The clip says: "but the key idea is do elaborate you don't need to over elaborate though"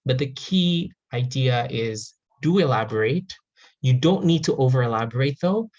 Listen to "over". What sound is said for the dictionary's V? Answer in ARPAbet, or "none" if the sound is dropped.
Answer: V